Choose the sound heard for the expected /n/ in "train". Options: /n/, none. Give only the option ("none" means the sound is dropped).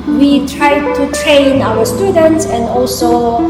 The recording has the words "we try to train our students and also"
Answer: /n/